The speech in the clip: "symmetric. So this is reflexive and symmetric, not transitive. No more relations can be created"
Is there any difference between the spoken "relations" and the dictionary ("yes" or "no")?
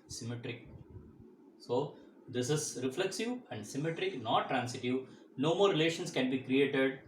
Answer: yes